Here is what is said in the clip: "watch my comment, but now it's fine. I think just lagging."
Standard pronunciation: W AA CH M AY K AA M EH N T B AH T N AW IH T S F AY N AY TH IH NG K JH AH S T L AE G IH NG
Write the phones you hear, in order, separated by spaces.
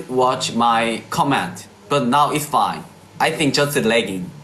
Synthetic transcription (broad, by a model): W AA CH M AY K AA M EH N T B AH T N AW IH T S F AY N AY TH IH NG K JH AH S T L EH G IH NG